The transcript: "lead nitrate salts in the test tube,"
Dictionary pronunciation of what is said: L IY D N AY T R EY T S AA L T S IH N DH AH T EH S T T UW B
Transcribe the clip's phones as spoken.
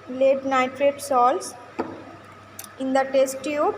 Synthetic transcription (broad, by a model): L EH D N AY T R EY T S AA L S IH N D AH T EH S T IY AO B